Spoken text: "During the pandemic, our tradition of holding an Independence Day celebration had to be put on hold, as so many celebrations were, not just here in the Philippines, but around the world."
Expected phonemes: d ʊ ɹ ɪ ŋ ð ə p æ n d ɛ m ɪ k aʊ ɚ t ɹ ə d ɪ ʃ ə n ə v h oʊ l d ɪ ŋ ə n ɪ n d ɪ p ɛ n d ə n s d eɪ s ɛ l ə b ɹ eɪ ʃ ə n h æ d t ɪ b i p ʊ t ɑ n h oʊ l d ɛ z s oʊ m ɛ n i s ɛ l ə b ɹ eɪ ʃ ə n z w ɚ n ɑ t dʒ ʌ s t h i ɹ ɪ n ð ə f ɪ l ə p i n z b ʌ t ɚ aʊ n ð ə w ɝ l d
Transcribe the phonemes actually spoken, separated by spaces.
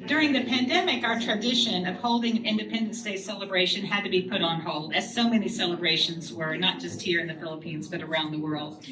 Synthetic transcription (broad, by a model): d ʊ ɹ ɪ ŋ ð ə p æ n d ɛ m ɪ k aʊ ɚ t ɹ ə d ɪ ʃ ə n ə v h oʊ l d ɪ ŋ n ɪ n d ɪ p ɛ n d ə n s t eɪ s ɛ l ə b ɹ eɪ ʃ ə n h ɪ d t ɪ b i p ʊ t n h oʊ l d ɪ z s oʊ m ɛ n i s ɛ l ə b ɹ eɪ ʃ ə n z w ɚ n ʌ t dʒ ʌ s t h i ɹ ɪ n ð ə f ɪ l ə p i n z b ʌ t ɚ aʊ n ð ə w ɝ l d